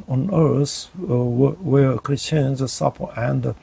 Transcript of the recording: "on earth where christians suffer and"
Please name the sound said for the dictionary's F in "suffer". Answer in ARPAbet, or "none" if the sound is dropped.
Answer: P